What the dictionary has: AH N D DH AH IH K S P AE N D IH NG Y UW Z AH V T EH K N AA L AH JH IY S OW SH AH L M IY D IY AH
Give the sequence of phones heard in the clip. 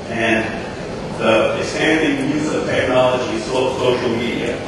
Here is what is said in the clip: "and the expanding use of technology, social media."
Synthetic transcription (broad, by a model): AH N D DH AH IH S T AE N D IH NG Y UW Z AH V T EH K N AA L AH JH IY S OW S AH L M IY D IY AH